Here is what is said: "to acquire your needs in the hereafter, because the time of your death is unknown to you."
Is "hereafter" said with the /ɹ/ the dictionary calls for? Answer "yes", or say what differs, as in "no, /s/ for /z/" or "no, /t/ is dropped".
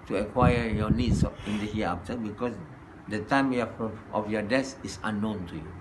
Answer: no, /ɹ/ is dropped